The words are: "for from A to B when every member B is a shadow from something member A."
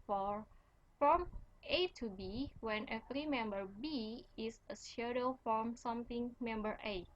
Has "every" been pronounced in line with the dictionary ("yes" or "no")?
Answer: no